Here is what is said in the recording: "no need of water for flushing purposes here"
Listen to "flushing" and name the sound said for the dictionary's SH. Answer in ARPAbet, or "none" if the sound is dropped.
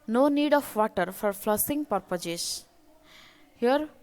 S